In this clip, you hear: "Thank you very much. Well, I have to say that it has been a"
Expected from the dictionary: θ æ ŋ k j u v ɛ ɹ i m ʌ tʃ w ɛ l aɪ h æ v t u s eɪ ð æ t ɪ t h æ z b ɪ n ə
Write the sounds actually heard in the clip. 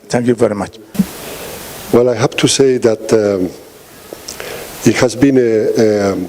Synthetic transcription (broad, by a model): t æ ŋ k j u v ɛ ɹ i m ʌ tʃ w ɛ l aɪ h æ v t u s eɪ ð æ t ɪ t h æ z b ɪ n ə